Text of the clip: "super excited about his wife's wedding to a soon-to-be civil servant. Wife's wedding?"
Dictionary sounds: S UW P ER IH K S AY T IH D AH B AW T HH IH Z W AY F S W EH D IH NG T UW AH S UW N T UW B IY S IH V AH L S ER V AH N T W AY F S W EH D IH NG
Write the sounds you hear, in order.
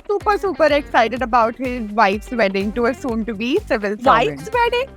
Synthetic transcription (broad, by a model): S UW P ER IH K S AY T IH D AH B AW T HH IH Z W AY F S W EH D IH NG T UW AH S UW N T UW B IY S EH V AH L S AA AH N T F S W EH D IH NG